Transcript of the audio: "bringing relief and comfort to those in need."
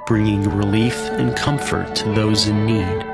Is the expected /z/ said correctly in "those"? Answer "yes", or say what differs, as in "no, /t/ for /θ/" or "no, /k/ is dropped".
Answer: yes